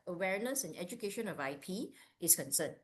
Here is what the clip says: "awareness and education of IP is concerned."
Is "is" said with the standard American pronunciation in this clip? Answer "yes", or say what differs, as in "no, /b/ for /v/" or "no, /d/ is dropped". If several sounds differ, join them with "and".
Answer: no, /s/ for /z/